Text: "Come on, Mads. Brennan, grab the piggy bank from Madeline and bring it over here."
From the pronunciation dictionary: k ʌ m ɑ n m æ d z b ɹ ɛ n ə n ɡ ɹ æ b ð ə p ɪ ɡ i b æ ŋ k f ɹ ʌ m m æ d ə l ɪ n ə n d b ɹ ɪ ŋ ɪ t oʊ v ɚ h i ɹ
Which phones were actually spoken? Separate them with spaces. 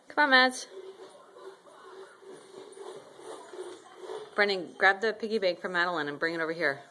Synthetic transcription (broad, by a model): k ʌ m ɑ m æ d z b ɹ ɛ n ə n ɡ ɹ æ b ð ə p ɪ ɡ i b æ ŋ k f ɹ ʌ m m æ d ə l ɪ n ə n b ɹ ɪ ŋ ɪ t oʊ v ɚ h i ɹ